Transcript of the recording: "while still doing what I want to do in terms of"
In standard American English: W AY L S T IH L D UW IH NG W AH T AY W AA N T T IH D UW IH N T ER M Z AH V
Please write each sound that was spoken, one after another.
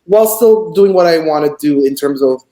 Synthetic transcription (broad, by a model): W AY L S T IH L D UW IH NG W AH T AY W AA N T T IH D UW IH N T ER M Z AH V